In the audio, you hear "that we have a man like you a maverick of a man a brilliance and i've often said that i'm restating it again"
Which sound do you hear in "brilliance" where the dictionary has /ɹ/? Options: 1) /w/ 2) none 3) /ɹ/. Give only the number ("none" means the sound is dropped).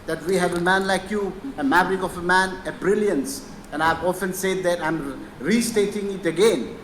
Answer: 3